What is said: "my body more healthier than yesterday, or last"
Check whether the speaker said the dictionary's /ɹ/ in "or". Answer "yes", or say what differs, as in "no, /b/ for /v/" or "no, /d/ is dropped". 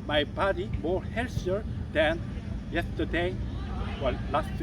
no, /l/ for /ɹ/